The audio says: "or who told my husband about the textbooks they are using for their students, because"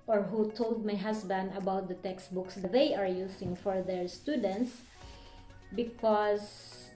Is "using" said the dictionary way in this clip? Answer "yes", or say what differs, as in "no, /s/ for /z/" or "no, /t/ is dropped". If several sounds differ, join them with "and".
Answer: no, /s/ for /z/